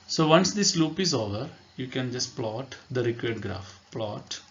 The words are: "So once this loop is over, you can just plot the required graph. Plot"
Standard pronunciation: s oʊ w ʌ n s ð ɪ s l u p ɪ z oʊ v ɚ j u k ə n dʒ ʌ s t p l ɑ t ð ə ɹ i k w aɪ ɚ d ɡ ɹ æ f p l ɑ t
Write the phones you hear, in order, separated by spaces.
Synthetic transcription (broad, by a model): s oʊ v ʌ n s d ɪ s l u p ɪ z oʊ v ɚ j u k ə n dʒ ʌ s t p l ɑ t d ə ɹ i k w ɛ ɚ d ɡ ɹ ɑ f p l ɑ t